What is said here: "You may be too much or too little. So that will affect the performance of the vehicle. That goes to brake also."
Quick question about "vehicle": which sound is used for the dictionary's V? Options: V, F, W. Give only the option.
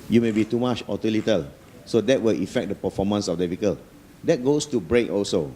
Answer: F